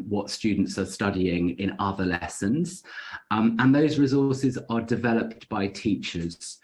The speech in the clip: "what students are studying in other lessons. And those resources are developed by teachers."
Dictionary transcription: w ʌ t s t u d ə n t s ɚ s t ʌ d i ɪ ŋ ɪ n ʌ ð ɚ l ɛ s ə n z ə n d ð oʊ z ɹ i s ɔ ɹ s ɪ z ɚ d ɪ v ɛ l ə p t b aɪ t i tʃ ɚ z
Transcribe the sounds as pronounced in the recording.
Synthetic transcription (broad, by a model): w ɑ t s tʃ u d n t s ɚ s t ʌ d i ɪ ŋ ɪ n ʌ ð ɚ l ɛ s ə n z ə n ð oʊ z ɹ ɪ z ɔ s ɪ z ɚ d ɪ v ɛ l ə p t b aɪ t i tʃ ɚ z